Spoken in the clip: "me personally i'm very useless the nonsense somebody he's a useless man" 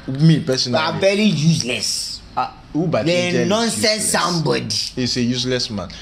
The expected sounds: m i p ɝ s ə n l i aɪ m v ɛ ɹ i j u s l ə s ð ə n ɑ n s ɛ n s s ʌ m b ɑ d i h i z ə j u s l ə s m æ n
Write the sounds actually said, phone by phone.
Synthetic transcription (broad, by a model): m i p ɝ s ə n i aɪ v ɛ ɹ i j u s l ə s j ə n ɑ n s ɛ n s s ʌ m b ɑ d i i s ə j u s l ə s m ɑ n